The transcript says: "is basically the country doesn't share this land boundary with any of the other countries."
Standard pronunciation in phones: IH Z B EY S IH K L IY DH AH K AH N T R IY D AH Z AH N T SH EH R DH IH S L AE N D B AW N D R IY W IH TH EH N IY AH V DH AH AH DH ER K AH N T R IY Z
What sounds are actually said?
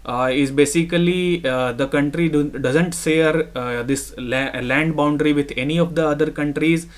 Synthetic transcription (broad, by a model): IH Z B EY S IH K L IY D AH K AH N T R IY D AH Z AH N T S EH R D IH S L AE N D B AW N D R IY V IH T EH N IY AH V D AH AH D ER K AH N T R IY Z